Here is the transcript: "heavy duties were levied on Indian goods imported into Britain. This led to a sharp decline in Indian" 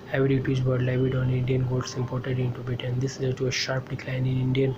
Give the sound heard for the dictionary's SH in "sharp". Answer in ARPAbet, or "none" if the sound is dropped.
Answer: SH